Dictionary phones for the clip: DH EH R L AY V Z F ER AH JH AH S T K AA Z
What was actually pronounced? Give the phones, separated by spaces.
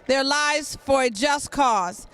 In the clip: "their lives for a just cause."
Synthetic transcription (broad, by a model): DH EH R L AY V Z F ER AH JH AH S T K AA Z